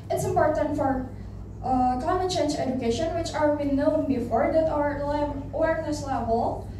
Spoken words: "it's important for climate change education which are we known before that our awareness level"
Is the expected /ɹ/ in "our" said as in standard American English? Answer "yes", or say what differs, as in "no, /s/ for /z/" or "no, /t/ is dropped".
no, /l/ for /ɹ/